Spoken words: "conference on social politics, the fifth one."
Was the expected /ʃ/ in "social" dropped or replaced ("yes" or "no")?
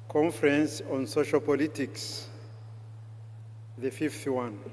no